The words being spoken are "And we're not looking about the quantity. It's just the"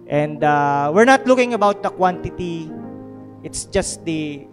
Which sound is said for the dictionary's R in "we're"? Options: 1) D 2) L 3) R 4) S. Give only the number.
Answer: 3